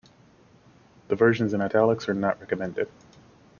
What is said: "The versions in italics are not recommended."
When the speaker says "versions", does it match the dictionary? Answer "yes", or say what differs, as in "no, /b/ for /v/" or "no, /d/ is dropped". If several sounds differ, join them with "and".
yes